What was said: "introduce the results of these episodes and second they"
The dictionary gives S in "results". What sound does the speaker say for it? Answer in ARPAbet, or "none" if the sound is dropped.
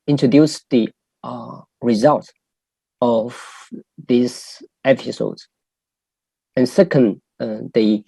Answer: none